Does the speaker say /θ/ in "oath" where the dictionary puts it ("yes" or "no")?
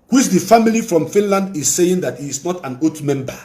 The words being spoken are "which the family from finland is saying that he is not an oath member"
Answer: no